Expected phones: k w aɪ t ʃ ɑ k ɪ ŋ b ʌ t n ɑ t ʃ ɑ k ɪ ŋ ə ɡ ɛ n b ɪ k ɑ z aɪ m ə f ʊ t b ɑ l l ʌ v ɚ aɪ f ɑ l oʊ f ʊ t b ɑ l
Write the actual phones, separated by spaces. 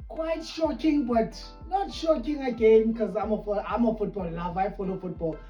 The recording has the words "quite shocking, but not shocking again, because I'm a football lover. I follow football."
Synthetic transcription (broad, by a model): k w aɪ t ʃ ɑ k ɪ ŋ b ʌ t n ɑ t ʃ ɑ k ɪ ŋ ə ɡ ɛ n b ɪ k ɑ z aɪ m ə f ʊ t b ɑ l n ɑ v aɪ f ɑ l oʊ f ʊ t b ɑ l